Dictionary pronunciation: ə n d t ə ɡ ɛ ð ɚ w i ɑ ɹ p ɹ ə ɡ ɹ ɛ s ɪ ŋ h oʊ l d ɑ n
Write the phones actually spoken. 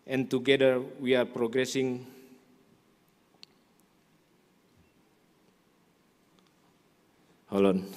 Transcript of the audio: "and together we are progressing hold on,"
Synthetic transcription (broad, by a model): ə n t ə ɡ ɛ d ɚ w i ɑ ɹ p ɹ ə ɡ ɹ ɛ s ɪ ŋ h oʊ l ɑ n